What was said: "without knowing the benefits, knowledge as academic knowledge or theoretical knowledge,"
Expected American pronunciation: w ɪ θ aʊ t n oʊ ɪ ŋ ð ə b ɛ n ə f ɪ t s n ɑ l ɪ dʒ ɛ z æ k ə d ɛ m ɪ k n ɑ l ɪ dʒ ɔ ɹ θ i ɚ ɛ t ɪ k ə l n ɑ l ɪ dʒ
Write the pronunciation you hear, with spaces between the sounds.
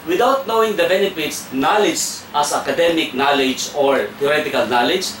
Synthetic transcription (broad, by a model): w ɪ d aʊ t n oʊ ɪ ŋ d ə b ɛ n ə p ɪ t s n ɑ l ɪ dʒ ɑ s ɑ k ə d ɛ m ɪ k n ɑ l ɪ dʒ ɔ ɹ t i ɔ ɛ t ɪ k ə l n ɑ l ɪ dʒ